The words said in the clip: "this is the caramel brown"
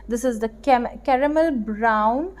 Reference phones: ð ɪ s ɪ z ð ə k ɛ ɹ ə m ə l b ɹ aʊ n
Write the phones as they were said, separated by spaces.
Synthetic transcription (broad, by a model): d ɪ s ɪ z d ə k ɛ ɹ ə m ə l b ɹ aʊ n